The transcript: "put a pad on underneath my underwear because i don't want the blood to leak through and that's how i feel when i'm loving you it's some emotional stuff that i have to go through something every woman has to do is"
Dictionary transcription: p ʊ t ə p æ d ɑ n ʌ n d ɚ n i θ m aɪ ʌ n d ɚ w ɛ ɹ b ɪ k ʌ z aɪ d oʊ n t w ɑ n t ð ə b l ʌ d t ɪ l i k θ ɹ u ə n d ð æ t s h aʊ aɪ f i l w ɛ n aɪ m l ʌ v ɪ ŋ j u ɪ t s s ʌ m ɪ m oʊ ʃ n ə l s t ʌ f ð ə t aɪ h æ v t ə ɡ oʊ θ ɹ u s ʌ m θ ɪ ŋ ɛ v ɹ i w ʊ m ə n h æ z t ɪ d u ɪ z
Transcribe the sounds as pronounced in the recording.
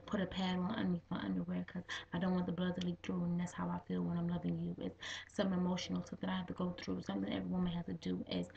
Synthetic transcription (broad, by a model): p ʊ t ə p æ d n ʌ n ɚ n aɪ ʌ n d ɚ w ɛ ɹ k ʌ z aɪ d oʊ n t w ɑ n ð ə b l ʌ d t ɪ l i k θ ɹ u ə n ð æ t s h aʊ aɪ f i l w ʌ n aɪ m l ʌ v ɪ ŋ j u ɪ t s s ʌ m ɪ m oʊ ʃ n l s ʌ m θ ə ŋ aɪ h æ f t ə ɡ oʊ θ ɹ u s ʌ m θ ɪ ŋ ɛ v ɹ i w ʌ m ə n h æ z t ɪ d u ɪ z